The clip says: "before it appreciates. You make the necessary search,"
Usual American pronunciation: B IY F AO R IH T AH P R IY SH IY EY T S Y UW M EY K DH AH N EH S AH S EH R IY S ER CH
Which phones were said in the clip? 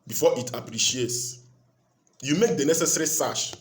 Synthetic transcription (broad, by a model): B IY F AO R IH T AH P R IY SH IY EY T S Y UW M EY K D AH N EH S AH S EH R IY S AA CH